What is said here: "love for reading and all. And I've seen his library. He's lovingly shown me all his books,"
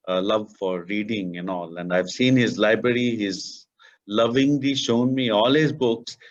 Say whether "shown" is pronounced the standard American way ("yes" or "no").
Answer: yes